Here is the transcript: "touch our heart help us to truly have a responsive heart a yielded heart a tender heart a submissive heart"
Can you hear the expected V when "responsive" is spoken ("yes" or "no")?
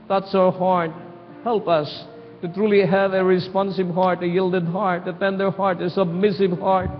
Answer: no